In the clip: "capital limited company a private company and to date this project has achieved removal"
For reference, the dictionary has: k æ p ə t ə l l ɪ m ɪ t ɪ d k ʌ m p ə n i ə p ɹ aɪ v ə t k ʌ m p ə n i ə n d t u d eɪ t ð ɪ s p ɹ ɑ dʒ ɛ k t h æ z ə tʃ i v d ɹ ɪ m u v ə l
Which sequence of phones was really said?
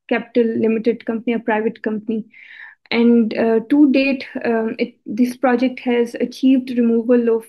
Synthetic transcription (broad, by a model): k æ p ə t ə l l ɪ m ɪ t ɪ d k ʌ m p ə n i ə p ɹ aɪ v ə t k ʌ m p ə n i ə n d t u d eɪ t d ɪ s p ɹ ɑ dʒ ɛ k t h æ z ə tʃ i v d ɹ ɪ m u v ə l